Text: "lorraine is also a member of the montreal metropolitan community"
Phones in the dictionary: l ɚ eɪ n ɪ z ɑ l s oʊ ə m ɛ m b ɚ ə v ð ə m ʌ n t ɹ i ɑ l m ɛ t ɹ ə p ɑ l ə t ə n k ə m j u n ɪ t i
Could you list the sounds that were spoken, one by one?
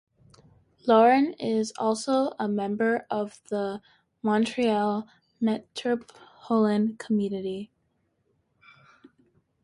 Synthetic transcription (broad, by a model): l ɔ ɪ n ɪ z ɑ l s oʊ ə m ɛ m b ɚ ə v ð ə m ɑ n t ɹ i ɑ l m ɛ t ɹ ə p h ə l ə n k ə m j u n ɪ t i